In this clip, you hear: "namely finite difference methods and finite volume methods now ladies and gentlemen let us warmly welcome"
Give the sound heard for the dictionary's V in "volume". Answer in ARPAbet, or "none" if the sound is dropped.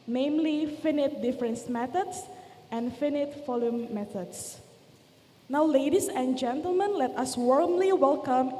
F